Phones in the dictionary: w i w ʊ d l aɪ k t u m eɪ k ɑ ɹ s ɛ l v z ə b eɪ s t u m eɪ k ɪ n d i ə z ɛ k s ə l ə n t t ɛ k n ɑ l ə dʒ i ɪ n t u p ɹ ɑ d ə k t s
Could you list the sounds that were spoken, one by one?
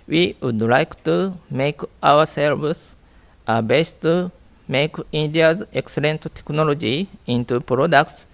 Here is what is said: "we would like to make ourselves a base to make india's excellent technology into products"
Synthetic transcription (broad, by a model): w i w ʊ d l aɪ k t u m eɪ k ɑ w s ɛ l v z ə b eɪ s t u m eɪ k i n d i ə z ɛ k s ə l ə n t t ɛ k n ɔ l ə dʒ i ɪ n t u p ɹ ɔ d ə k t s